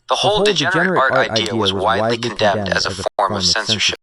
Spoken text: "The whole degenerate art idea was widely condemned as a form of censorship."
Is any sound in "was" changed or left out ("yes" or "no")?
no